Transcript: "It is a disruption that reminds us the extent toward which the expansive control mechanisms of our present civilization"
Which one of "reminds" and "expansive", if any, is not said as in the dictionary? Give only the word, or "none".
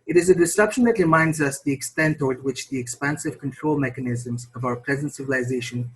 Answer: none